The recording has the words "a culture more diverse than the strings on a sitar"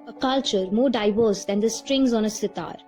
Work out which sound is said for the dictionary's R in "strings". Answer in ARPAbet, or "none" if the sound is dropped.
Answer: R